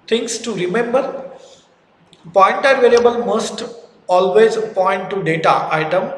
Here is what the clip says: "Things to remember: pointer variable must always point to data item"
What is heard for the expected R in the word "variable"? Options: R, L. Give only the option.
L